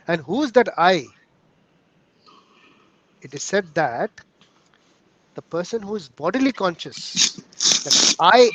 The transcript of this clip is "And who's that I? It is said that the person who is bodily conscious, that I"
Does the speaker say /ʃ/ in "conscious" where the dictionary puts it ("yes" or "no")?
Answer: yes